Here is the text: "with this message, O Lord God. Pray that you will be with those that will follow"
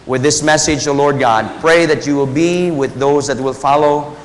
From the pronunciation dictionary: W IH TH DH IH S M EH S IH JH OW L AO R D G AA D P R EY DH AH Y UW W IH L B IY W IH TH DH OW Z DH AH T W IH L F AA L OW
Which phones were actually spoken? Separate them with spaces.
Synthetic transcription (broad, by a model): W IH DH IH S M EH S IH JH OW L AO R D G AA D P R EY DH AH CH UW W IH L B IY W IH DH OW Z DH AH T W IH L F AA L OW